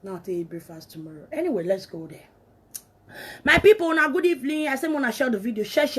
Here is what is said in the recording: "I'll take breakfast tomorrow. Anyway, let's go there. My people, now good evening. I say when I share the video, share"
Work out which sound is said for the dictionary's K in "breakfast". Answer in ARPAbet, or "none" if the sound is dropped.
none